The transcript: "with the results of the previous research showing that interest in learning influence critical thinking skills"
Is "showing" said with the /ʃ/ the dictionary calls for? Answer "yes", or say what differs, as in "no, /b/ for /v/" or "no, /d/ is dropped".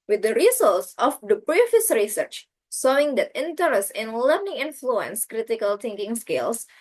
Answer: no, /s/ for /ʃ/